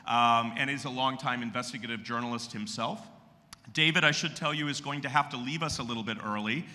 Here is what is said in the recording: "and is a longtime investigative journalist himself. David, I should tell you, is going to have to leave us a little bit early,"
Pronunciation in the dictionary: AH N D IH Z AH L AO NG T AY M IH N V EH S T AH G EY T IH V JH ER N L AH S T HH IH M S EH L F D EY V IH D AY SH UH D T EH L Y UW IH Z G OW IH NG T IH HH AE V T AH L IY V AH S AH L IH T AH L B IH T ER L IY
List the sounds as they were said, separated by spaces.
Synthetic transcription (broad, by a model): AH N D IH Z AH L AO NG T AY M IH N V EH S T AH G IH T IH V JH ER N L AH S T HH IH M S EH L F D EY V IH D AY SH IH D T EH L Y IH IH Z G OW IH NG T IH HH AE F T AH L IY V AH S AH L IH T L B IH T ER L IY